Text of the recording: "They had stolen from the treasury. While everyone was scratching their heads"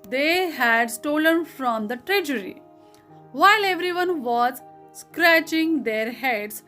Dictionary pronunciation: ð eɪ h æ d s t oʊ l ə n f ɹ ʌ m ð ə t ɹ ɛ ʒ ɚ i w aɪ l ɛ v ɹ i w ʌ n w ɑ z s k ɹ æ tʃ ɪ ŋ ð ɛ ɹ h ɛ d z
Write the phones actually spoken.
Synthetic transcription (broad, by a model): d eɪ h æ d s t oʊ l ə n f ɹ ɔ m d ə t ɹ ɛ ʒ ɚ i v aɪ l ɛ v ɹ i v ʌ n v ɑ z s k ɹ æ tʃ ɪ ŋ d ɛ ɹ h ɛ d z